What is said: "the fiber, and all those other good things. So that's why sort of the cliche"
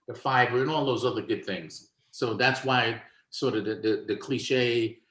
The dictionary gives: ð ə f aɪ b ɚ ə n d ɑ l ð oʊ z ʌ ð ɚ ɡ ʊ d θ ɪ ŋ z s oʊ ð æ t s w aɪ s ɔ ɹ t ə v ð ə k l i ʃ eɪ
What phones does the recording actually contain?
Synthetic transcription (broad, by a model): ð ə f aɪ b ɚ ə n ɑ l ð oʊ z ʌ ð ɚ ɡ ʊ d θ ɪ ŋ z s oʊ ð æ t s w aɪ s ɔ ɹ t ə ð ð ə k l i ʃ eɪ